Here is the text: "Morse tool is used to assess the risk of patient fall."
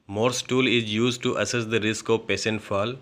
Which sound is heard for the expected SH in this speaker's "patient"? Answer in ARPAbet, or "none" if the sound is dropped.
S